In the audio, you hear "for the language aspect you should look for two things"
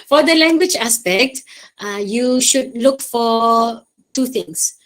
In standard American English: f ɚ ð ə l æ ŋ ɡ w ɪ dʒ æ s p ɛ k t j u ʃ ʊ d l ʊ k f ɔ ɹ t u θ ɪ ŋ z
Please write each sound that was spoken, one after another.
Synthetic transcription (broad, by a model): f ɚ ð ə l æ ŋ ɡ w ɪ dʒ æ s p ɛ k t j u ʃ ʊ d l ʊ k f ɔ ɹ t u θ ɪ ŋ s